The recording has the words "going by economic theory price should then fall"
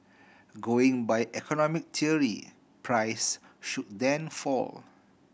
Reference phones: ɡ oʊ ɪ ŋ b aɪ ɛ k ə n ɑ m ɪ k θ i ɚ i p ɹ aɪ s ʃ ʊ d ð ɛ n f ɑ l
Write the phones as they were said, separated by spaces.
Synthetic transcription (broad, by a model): ɡ oʊ ɪ ŋ b aɪ ɛ k ə n ɑ m ɪ k t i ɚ i p ɹ aɪ s ʃ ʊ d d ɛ n f ɑ l